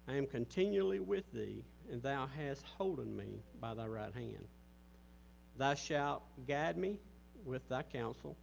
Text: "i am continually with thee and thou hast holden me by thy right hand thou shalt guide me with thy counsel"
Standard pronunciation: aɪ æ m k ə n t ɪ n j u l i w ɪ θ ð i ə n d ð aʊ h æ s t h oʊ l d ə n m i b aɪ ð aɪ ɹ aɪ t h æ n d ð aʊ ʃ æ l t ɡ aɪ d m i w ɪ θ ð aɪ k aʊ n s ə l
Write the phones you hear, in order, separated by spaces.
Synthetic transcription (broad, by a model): aɪ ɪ m k ə n t ɪ n j u l i w ɪ ð i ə n ð aʊ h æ s t h oʊ l d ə n m i b aɪ ð aɪ ɹ aɪ t h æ n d ð aʊ ʃ æ l t ɡ aɪ d m i w ɪ ð aɪ k aʊ n s l